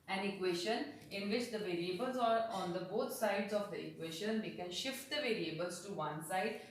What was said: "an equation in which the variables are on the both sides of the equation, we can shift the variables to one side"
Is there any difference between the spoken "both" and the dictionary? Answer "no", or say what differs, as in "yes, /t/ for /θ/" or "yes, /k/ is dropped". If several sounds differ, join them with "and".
yes, /t/ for /θ/